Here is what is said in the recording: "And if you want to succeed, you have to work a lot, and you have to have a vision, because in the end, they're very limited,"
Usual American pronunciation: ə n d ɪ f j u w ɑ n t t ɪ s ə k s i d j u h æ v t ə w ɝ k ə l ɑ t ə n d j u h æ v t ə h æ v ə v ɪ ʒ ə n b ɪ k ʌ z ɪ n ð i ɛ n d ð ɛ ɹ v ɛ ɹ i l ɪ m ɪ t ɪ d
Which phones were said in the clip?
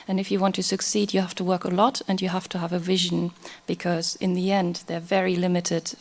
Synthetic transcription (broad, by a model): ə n ɪ f j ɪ w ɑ n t t ɪ s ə k s i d j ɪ h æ f t ə w ɝ k ə l ɑ t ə n j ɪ h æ f t ə v ə v ɪ ʒ ə n b ɪ k ʌ z ɪ n ð i ɛ n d ð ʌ ɹ v ɛ ɹ i l ɪ m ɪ t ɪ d